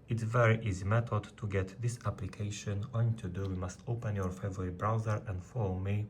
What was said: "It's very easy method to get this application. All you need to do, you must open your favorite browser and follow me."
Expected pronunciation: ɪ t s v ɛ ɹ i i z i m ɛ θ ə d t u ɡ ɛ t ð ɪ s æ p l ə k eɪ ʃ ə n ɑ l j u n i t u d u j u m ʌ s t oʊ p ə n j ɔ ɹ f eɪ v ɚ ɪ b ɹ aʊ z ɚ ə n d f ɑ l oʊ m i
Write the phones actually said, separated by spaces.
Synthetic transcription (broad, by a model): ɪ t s v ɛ ɹ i i z i m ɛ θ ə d t u ɡ ɛ t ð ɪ s æ p l ə k eɪ ʃ ə n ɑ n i t u d u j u m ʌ s t oʊ p ə n j ɔ ɹ f eɪ v ɚ ɪ b ɹ aʊ z ɚ ə n d f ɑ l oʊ m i